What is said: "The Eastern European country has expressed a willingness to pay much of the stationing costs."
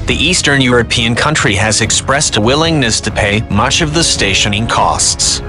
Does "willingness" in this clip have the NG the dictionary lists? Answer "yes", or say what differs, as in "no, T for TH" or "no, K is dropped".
yes